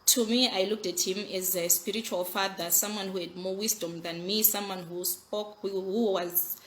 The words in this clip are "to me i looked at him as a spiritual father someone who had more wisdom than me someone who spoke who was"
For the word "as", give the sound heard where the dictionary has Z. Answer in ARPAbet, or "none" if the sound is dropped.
Z